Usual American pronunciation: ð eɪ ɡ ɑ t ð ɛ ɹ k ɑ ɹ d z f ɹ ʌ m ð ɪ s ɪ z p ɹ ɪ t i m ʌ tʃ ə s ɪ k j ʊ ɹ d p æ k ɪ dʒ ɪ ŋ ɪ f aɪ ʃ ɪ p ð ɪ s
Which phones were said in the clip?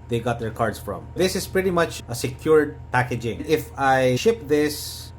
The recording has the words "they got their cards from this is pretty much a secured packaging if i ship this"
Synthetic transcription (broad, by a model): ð eɪ ɡ ɑ t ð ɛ ɹ k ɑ ɹ d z f ɹ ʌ m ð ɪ s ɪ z p ɹ ɪ t i m ʌ tʃ ə s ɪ k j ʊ ɹ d p æ k ɪ dʒ ɪ ŋ ɪ f aɪ ʃ ɪ p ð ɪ s